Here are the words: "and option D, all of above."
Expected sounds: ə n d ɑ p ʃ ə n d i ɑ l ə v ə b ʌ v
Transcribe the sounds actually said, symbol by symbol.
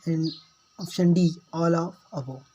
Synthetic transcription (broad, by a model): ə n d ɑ f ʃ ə n d i ɑ l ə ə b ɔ